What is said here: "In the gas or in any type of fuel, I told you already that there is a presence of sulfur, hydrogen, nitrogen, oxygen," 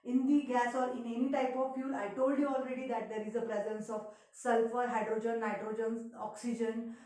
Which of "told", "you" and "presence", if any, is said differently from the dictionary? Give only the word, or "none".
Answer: none